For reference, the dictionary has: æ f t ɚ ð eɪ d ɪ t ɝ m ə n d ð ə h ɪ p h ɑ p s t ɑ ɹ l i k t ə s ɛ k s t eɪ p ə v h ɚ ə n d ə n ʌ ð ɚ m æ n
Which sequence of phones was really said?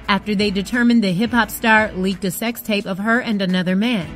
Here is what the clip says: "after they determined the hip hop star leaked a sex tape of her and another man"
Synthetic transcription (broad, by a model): æ f t ɚ ð eɪ d ɪ t ɝ m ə n ð ə h ɪ p h ɑ p s t ɑ ɹ l i k t ə s ɛ k s t eɪ p ə v ɚ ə n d ə n ʌ ð ɚ m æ n